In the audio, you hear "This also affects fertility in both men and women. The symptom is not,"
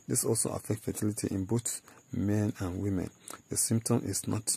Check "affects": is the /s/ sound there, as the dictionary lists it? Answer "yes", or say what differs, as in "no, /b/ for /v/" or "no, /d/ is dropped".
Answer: no, /s/ is dropped